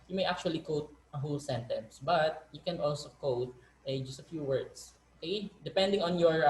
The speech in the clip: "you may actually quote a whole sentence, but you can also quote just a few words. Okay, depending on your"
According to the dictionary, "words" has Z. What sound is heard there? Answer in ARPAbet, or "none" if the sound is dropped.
S